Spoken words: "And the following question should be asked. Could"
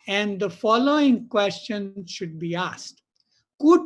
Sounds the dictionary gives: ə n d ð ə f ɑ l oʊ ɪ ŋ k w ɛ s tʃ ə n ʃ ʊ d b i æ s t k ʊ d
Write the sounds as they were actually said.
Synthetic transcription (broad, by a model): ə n d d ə f ɑ l oʊ ɪ ŋ k w ɛ s tʃ ə n ʃ ʊ d b i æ s t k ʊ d